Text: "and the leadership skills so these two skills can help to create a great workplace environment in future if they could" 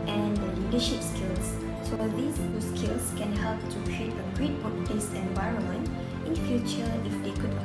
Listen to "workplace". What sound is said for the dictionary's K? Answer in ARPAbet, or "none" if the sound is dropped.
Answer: none